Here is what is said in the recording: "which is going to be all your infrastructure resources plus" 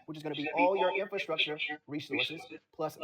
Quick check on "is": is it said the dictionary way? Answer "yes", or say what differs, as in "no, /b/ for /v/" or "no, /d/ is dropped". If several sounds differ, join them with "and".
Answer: yes